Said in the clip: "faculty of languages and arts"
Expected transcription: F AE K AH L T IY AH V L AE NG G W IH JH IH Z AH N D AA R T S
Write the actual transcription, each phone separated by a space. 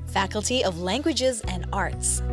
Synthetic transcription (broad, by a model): F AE K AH L T IY AH V L AE NG G W IH JH IH Z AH N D AA R T S